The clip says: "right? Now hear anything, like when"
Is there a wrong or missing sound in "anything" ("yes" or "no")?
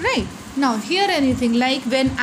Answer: yes